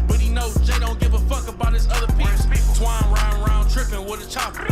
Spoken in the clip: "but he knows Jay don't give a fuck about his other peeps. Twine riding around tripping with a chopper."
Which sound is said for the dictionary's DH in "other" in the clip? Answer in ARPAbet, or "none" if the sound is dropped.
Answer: DH